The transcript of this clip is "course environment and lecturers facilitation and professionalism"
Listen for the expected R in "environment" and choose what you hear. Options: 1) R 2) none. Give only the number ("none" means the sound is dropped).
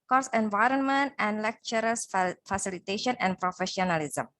1